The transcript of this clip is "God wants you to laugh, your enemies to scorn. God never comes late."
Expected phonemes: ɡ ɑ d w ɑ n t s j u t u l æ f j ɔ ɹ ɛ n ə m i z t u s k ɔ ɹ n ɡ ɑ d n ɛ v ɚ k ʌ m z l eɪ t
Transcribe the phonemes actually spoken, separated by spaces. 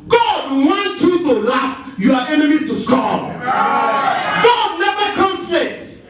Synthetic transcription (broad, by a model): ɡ ɑ d w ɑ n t j u t u l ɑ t j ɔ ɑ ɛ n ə m i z t u s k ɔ ɡ ɑ d n ɛ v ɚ k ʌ m s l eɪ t